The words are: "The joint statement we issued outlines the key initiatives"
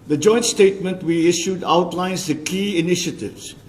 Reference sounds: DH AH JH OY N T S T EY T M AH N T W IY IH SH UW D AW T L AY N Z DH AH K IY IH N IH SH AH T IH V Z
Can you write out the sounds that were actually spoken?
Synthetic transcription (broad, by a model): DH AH JH OY N T S T EY T M AH N T W IY IH SH UW D AW T L AY N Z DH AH K IY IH N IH SH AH T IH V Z